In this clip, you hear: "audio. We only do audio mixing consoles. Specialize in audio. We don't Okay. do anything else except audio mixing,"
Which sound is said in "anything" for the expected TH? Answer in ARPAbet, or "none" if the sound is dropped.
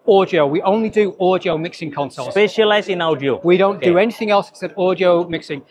TH